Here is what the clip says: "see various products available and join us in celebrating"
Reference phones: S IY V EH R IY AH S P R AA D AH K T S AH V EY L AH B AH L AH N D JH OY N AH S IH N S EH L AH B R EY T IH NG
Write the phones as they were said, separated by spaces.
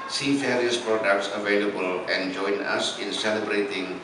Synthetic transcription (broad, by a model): S IY F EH R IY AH S P R AA D AH K T S AH V EY L AH B AH L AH N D JH OY N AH S IH N S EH L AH B R EY T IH NG